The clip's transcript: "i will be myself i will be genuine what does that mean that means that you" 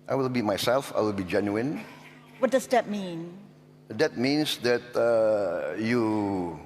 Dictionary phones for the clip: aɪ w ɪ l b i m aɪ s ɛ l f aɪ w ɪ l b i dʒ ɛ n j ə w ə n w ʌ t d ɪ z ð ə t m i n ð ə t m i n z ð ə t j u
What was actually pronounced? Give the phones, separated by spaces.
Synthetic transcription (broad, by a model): aɪ w ɪ l b i m aɪ s ɛ l f aɪ w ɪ l b i dʒ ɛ n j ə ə n w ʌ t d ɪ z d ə t m i n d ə t m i n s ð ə t j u